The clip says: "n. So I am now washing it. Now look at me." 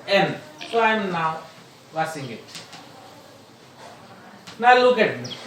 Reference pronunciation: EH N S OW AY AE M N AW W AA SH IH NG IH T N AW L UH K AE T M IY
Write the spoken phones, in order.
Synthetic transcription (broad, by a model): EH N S AY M N AW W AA S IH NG IH T N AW L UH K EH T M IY